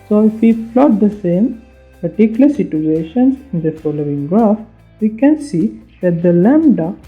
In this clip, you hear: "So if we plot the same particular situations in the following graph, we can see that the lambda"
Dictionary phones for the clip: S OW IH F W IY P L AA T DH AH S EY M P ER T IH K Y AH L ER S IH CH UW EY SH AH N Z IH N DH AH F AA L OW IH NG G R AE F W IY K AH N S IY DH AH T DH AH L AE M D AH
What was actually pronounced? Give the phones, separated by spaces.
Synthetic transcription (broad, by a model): S OW IH F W IY F L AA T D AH S EY M P ER T IH K Y AH L ER S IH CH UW EY SH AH N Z IH N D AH F AA L OW IH NG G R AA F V IY K AH N S IY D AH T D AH L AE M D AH